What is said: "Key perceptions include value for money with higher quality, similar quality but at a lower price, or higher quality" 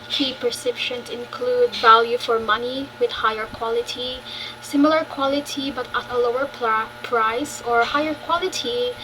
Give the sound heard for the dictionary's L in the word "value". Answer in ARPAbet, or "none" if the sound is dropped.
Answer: L